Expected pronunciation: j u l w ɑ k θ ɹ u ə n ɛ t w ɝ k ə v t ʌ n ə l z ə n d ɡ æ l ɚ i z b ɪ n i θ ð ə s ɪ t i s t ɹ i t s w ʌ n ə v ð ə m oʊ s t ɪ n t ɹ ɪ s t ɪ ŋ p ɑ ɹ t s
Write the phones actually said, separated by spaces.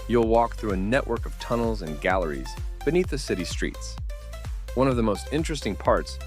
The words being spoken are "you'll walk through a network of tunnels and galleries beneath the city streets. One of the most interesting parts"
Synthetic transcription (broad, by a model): j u l w ɑ k θ ɹ u ə n ɛ t w ɝ k ə v t ʌ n l z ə n ɡ æ l ɚ i z b ɪ n i θ ð ə s ɪ t i s t ɹ i t s w ʌ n ə v ð ə m oʊ s t ɪ n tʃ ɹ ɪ s t ɪ ŋ p ɑ ɹ t s